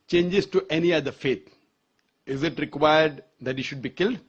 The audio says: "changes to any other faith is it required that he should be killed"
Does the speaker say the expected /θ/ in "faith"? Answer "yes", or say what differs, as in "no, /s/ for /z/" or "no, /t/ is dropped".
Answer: no, /t/ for /θ/